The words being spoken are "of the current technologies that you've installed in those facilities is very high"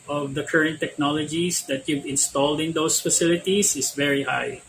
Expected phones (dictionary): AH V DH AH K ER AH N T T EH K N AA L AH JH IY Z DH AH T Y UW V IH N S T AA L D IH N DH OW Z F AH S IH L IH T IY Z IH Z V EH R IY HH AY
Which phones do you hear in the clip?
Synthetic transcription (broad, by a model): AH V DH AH K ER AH N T T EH K N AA L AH JH IY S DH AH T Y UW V IH N S T AA L D IH N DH OW S F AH S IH L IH T IY S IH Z V EH R IY HH AY